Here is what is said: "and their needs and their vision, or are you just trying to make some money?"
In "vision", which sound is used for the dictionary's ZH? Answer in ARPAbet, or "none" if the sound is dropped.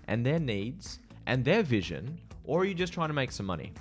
ZH